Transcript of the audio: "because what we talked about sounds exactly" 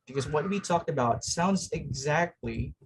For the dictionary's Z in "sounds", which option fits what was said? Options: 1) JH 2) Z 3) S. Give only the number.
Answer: 2